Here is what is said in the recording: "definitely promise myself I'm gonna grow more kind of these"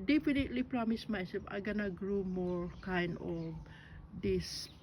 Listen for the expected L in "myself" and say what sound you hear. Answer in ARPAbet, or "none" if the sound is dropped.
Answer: none